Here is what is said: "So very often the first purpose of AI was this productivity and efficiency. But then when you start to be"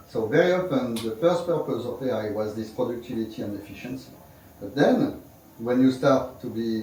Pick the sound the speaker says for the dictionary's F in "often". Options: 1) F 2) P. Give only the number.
2